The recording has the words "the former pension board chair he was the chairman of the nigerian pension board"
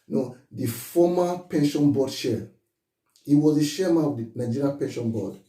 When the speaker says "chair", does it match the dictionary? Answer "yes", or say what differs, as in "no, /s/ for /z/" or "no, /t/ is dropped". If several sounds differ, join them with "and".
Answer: no, /ʃ/ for /tʃ/